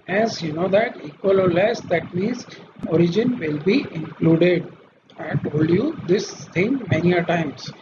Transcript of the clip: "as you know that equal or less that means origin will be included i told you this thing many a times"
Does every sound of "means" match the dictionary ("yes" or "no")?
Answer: no